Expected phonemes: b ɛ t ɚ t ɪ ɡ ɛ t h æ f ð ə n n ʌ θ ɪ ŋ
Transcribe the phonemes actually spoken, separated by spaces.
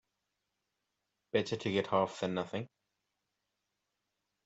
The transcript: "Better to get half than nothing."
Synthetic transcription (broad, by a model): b ɛ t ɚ t ɪ ɡ ɛ t h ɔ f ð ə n n ʌ θ ɪ ŋ